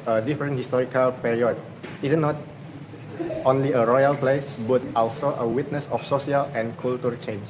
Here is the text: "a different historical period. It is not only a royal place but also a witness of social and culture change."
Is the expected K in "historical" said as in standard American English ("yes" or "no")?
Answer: yes